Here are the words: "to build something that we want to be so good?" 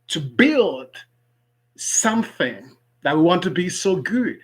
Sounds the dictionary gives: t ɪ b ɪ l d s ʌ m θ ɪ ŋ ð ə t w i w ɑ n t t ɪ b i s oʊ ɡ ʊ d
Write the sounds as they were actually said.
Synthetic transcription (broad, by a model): t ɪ b ɪ l d s ʌ m θ ɪ ŋ ð ə t w i w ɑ n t t ɪ b i s oʊ ɡ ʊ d